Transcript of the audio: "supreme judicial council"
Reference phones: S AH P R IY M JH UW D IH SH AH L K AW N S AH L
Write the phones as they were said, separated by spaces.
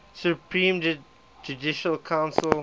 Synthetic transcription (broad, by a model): S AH P R IY M JH UW D IH SH AH L K AW N S AH L